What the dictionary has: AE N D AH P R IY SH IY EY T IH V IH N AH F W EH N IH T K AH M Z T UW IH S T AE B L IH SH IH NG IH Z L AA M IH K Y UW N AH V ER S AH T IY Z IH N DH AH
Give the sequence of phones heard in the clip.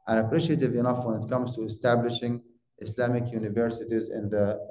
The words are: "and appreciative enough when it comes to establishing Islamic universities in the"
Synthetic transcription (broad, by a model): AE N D AH P R IY SH IY EY T IH V IH N AH F W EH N IH T K AH M Z T UW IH S T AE B L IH SH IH NG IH S L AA M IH K Y UW N AH V ER S AH T IY Z IH N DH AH